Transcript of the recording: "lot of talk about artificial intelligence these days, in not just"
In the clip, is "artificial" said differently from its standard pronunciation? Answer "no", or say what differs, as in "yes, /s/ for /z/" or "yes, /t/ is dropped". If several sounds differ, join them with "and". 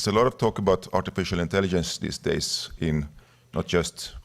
no